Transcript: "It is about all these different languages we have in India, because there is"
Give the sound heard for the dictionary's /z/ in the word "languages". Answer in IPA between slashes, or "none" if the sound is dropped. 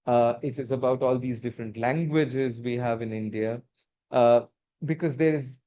/z/